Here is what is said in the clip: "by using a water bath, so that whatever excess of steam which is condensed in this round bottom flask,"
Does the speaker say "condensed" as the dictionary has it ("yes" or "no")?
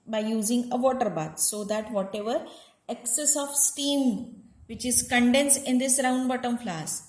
no